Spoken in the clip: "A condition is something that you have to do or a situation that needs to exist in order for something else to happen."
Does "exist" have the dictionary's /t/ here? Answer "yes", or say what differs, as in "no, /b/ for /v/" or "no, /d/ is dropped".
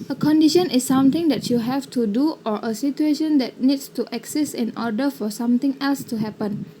no, /t/ is dropped